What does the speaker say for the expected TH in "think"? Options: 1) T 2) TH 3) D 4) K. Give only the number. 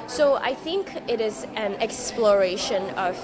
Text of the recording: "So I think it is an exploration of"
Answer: 2